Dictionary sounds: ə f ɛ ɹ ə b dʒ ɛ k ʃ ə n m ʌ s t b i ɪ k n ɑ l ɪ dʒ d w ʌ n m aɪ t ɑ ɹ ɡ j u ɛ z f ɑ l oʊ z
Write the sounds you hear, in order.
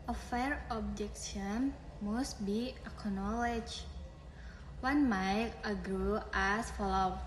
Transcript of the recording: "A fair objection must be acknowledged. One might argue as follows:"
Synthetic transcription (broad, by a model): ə f ɛ ɹ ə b dʒ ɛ k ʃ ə n m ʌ s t b i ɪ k n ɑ l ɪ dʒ w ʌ n m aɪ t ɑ ɡ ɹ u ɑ s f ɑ l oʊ